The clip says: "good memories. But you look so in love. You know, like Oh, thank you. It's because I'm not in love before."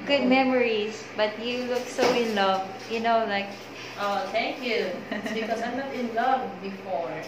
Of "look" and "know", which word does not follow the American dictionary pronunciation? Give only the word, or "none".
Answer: none